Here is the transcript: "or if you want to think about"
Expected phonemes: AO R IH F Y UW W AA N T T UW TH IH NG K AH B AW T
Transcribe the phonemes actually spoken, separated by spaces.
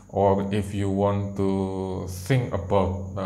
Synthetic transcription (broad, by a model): AO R IH F Y UW W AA N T T UW S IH NG AH B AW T